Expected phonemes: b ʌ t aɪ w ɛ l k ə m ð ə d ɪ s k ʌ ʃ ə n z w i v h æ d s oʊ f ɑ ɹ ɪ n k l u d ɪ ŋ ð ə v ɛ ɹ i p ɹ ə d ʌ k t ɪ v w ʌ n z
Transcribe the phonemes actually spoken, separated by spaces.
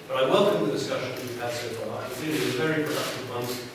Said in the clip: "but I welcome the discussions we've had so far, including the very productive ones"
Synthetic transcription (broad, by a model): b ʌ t aɪ w ɛ l k ə m ð ə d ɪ s k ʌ ʃ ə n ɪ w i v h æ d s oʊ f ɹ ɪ k ʌ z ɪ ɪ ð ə v ɛ ɹ i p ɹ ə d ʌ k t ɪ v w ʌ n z